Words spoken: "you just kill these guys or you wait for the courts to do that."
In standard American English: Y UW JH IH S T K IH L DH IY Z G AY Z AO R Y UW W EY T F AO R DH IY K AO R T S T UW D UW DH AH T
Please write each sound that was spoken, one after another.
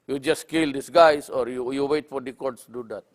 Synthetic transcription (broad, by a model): Y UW JH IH S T K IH L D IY S G AY S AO R Y UW W EY T F AO R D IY K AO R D S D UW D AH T